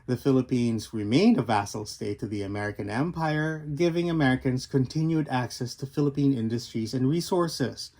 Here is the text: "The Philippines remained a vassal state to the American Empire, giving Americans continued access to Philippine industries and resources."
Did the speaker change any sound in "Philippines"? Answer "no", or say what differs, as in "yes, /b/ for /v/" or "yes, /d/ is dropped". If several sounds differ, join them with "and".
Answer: no